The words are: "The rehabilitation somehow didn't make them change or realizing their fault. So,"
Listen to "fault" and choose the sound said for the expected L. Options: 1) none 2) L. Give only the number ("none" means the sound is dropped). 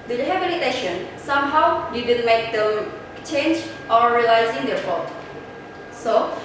1